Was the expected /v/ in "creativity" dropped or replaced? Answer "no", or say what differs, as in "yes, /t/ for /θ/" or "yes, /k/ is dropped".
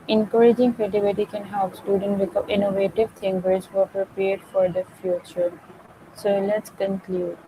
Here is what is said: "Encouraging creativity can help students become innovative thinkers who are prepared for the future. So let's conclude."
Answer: yes, /b/ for /v/